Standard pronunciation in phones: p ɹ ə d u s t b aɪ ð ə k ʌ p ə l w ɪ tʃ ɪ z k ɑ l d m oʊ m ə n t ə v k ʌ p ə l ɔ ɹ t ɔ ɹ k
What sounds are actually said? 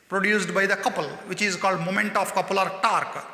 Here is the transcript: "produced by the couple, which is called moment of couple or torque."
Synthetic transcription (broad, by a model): p ɹ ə d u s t b aɪ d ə k ʌ p ə l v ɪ tʃ ɪ z k ɑ l d m oʊ m ə n t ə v k ʌ p ə l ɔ ɹ t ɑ ɹ k